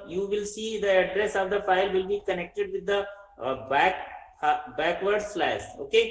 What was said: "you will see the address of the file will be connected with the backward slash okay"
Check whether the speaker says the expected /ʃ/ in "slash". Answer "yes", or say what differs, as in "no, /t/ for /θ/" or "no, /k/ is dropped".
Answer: no, /s/ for /ʃ/